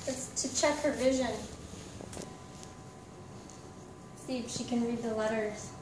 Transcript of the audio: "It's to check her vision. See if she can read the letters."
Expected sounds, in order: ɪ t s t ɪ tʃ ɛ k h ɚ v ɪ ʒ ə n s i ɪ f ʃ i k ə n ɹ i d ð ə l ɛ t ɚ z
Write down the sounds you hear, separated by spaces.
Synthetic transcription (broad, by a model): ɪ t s t ɪ tʃ ɛ k h ɚ v ɪ ʒ ə n s i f ʃ i k ə n ɹ i d ð ə l ɛ t ɚ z